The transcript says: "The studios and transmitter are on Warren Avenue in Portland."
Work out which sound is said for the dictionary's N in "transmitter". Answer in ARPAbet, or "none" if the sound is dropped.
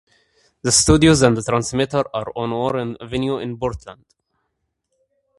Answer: N